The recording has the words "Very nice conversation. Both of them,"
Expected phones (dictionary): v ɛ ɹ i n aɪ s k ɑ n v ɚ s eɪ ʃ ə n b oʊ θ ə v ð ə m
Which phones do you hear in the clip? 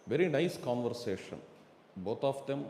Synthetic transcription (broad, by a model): v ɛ ɹ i n aɪ s k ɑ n v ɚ s eɪ ʃ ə n b oʊ t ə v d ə m